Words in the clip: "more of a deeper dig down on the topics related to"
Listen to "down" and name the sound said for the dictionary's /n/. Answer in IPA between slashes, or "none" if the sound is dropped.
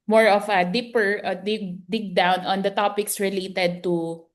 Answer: /n/